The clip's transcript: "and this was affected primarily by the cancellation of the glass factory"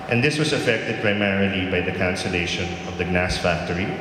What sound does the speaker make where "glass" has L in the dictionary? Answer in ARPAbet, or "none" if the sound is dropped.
N